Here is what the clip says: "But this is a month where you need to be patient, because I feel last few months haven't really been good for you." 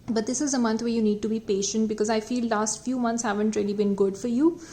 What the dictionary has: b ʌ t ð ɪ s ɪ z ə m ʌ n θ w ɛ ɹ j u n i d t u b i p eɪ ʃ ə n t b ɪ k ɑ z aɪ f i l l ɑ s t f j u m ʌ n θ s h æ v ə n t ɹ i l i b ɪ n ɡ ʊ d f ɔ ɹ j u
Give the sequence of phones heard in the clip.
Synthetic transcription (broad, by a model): b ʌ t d ɪ s ɪ z ə m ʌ n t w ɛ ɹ j u n i d t u b i p eɪ ʃ ə n t b ɪ k ɑ z aɪ f i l l ɑ s t f j u m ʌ n t s h æ v ə n t ɹ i l i b ɪ n ɡ ʊ d f ɔ ɹ j u